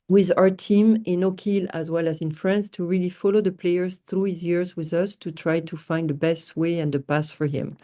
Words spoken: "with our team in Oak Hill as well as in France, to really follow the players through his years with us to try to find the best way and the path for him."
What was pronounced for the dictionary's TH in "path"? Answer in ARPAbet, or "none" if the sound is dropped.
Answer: S